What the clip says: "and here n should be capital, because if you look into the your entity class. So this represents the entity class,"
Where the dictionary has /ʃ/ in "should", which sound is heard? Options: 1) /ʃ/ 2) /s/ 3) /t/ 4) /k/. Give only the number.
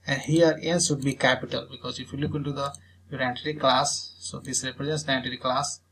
2